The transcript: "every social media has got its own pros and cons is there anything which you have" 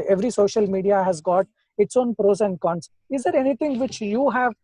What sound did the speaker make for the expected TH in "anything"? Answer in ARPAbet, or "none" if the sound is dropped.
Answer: T